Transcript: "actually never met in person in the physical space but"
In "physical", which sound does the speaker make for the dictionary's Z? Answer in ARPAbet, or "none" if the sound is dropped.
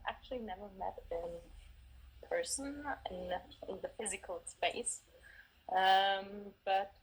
Z